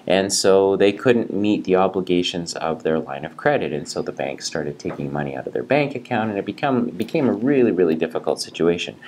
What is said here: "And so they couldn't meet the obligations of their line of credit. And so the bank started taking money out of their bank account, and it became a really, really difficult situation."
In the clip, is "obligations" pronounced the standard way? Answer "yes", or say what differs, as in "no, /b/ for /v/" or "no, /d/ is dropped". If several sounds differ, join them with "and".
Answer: yes